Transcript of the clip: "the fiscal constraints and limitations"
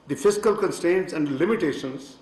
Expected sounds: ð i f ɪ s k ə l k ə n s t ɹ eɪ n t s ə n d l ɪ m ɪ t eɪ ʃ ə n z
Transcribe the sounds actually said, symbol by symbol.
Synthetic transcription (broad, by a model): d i f ɪ s k ə l k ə n s t eɪ n t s ə n d l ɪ m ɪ t eɪ ʃ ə n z